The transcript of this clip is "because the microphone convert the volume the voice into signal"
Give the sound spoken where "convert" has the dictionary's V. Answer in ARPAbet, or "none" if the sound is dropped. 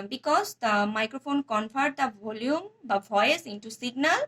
P